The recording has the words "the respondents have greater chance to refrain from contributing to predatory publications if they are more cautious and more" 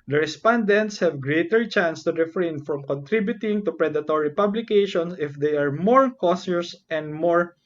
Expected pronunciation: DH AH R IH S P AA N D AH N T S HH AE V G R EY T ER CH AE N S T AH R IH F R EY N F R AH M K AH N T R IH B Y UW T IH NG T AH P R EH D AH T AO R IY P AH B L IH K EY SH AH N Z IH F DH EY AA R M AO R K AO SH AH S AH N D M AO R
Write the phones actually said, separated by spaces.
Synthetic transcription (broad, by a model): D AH R IH S P AA N D AH N T S HH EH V G R EY T ER CH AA N S T AH R IH F R EY N F R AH M K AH N T R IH B Y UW T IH NG T AH P R EH D AH T AO R IY P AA B L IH K EY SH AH N S IH F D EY AA R M AO R K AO S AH S AH N D M AO R